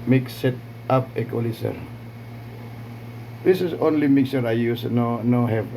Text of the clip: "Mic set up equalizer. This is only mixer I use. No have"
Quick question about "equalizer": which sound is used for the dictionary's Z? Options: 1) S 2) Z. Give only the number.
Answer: 1